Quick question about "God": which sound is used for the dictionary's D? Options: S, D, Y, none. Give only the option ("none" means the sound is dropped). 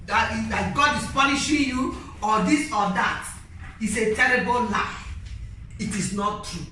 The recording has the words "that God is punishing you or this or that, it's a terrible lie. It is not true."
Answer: D